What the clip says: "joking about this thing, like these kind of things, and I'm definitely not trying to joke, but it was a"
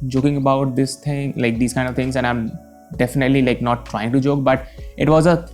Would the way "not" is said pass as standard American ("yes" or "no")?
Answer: no